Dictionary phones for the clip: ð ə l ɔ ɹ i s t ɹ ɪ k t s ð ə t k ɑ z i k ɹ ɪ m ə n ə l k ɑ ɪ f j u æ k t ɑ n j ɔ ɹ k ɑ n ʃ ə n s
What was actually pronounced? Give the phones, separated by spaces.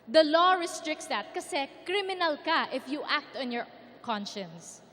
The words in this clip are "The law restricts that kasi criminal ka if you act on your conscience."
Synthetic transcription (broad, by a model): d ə l ɔ ɹ i s t ɹ ɪ k t s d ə t k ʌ s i k ɹ ɪ m ə n ə l k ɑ ɪ f j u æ k t ɑ n j ɔ ɹ k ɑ n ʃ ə n s